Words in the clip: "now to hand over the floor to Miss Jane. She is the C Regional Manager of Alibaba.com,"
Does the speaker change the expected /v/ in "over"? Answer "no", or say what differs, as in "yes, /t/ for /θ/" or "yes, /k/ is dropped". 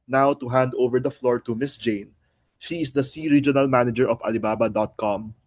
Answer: no